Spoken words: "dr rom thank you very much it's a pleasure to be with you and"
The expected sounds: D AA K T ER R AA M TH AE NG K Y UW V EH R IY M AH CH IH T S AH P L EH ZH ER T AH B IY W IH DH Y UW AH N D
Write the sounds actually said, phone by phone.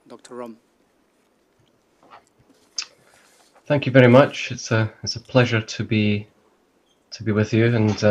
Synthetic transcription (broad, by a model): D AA K T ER R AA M TH AE NG K Y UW V EH R IY M AH CH IH T S AH P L EH ZH ER T AH B IY W IH DH Y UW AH N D